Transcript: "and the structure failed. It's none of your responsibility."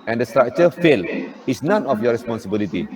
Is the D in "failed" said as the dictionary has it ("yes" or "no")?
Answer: no